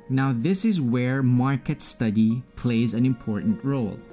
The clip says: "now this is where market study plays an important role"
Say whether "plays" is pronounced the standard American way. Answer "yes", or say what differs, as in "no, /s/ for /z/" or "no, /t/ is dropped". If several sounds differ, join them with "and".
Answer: yes